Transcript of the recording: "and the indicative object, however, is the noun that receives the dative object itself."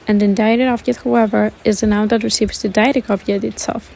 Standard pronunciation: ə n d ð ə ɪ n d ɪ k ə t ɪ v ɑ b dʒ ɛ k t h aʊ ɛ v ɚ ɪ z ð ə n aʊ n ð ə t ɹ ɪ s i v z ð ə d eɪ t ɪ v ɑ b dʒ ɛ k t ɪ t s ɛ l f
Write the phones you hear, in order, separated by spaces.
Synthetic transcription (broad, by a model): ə n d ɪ n d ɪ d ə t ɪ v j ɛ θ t h aʊ ɛ v ɚ ɪ z ð ə n aʊ n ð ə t ɹ ɪ s i v z ð ə d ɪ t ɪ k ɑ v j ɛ t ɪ t s ɛ l f